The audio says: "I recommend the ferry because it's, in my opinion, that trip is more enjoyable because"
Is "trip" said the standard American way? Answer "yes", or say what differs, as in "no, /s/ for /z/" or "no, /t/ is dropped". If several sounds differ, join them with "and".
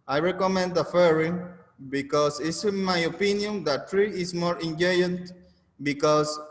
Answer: no, /p/ is dropped